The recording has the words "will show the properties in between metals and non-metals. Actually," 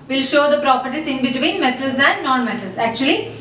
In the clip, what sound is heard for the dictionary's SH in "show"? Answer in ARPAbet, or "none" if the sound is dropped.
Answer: SH